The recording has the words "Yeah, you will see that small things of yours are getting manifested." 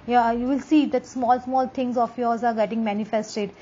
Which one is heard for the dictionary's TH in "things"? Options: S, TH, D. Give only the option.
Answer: S